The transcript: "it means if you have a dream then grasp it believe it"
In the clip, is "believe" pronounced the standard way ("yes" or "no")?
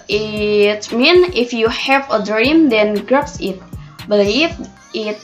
no